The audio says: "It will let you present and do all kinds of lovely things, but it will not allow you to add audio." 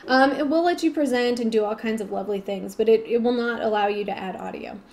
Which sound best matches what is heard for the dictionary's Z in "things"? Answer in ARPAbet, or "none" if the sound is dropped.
Z